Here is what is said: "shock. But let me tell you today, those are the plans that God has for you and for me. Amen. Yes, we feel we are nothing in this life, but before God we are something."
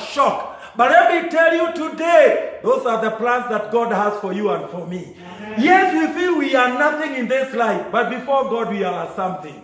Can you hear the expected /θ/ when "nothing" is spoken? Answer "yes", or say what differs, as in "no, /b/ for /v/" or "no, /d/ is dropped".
yes